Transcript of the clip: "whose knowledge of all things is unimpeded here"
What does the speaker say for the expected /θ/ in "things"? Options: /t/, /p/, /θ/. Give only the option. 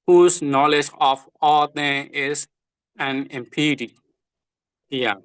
/t/